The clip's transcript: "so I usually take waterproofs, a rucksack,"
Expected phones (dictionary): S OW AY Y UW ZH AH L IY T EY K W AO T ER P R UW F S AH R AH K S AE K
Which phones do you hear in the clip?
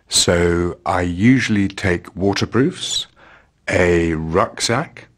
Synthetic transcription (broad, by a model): S OW AY Y UW ZH AH L IY T EY K W AO T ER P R UW F S AH R AH K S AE K